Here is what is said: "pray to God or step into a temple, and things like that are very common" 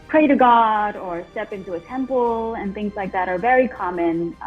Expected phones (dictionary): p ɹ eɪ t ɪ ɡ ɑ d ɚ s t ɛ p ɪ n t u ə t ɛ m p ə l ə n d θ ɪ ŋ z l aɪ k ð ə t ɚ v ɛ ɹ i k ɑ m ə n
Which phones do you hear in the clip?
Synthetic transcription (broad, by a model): p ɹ eɪ t ɪ ɡ ɑ d ɚ s t ɛ p ɪ n t u ə t ɛ m p l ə n θ ɪ ŋ z l aɪ k ð ə t ɚ v ɛ ɹ i k ɑ m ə n